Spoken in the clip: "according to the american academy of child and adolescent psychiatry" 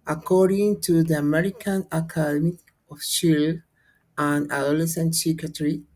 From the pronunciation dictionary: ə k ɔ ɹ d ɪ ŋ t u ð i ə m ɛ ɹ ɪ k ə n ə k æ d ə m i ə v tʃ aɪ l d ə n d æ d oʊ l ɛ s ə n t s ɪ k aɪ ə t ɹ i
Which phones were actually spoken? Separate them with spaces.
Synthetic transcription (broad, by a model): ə k ɔ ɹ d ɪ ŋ t u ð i ə m ɛ ɹ ɪ k ə n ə k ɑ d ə m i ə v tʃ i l ə n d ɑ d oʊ l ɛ s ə n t s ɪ k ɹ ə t ɹ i